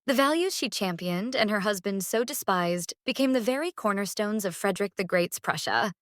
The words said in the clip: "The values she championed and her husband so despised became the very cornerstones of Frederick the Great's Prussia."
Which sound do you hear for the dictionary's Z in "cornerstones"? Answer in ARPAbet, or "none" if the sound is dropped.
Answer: Z